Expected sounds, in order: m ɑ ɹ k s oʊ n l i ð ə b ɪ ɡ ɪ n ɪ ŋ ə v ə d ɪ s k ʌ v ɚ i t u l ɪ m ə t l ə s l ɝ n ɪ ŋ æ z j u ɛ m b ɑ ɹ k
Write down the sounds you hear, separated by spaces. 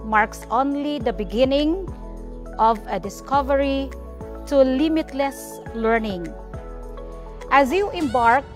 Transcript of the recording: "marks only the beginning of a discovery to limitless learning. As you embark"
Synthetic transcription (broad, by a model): m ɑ ɹ k s oʊ n l i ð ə b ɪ ɡ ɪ n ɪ ŋ ə v ə d ɪ s k ʌ v ɚ i t u l ɪ m ə t l ə s l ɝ n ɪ ŋ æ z j u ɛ m b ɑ ɹ k